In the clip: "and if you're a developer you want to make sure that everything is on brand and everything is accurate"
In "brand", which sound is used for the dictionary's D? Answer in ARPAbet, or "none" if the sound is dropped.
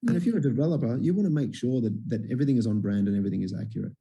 D